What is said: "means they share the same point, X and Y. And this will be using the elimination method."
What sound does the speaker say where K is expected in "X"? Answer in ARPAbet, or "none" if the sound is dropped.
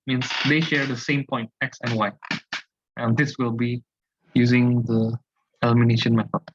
K